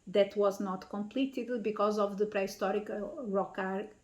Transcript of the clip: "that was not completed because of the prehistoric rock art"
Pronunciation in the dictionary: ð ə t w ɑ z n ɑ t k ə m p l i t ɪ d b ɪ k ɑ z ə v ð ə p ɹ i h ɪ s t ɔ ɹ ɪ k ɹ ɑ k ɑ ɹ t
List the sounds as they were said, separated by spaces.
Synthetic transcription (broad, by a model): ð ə t w ɑ z n ɑ t k ə m p l i t ɪ d b ɪ k ɑ z ə v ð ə p ɹ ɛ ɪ s t ɔ ɹ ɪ k ɹ ɑ k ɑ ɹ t